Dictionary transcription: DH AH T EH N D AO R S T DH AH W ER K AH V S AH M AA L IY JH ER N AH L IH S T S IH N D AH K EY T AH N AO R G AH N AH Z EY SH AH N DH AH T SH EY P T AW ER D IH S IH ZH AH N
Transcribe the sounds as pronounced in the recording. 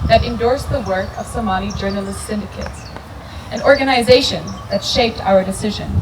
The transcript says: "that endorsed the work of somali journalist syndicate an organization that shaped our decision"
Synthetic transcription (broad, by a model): DH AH T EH N D AO R S DH AH W ER K AH V S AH M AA N IY JH ER N AH L IH S T S IH N D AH K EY T AH N AO R G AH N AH Z EY SH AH N DH AH T SH EY P T AW ER D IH S IH ZH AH N